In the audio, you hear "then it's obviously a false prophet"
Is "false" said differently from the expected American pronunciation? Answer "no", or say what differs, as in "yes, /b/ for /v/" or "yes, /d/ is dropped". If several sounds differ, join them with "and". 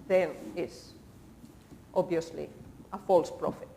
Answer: no